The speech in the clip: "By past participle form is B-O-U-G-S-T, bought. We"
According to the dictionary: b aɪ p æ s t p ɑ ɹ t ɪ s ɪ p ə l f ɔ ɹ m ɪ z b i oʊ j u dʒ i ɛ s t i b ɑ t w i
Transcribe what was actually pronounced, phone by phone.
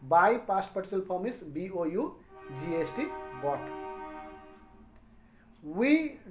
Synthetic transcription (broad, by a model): b aɪ p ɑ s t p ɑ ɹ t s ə l p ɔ m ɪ s b i oʊ j u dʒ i ɛ s t i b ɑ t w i